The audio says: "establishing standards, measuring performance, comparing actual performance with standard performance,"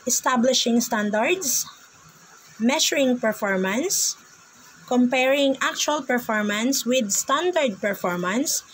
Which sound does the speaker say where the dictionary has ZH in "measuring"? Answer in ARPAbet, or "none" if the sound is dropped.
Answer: SH